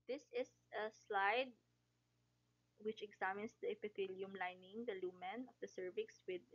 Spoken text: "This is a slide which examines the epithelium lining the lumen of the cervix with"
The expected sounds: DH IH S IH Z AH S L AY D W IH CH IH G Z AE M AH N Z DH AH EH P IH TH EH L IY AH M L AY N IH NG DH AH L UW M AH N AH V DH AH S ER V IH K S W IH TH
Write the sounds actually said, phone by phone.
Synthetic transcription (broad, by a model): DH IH S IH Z AH S L AY D W IH CH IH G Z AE M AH N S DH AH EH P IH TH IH L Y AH M L AY N IH NG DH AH L UW M AH N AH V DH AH S ER V IH K S W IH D